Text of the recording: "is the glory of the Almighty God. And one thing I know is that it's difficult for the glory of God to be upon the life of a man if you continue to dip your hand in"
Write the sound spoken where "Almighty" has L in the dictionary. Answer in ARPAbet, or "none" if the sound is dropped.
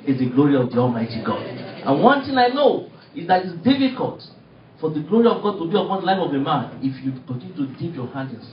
L